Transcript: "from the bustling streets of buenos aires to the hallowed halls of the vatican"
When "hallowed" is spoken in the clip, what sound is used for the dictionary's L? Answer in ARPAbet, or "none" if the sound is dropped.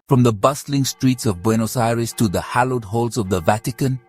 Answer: L